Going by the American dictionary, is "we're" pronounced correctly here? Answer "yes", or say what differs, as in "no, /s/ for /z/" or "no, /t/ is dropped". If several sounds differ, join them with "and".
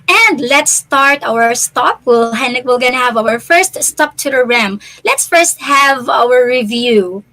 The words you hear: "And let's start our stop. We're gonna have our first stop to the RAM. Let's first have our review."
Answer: no, /l/ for /ɹ/